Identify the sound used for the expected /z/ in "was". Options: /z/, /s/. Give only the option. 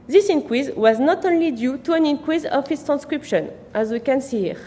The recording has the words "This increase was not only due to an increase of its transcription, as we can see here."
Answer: /z/